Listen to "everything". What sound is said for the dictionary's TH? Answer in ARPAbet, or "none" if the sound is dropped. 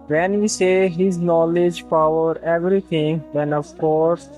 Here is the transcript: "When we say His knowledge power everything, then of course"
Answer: T